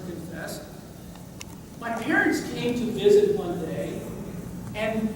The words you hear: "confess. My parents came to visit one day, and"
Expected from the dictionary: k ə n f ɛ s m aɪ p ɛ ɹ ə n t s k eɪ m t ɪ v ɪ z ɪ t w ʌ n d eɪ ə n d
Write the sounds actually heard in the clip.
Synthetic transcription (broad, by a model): k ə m f ɛ s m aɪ p ɛ ɹ ə n t s k eɪ m t ɪ v ɪ z ɪ t w ʌ n d eɪ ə n